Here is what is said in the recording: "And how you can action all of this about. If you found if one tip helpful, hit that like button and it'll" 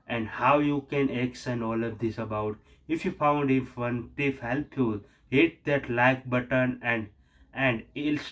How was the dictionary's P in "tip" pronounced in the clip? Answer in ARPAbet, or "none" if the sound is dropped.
F